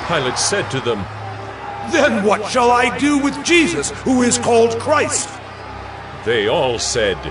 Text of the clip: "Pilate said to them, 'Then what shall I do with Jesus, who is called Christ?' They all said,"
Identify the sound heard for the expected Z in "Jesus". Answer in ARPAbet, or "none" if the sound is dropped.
Z